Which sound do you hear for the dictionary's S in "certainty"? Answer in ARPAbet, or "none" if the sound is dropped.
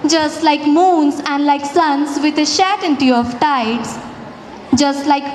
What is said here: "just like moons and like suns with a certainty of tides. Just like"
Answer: SH